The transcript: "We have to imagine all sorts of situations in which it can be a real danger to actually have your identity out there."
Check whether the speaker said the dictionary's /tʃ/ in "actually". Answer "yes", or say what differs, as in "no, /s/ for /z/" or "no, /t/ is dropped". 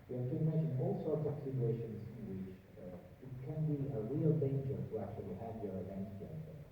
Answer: yes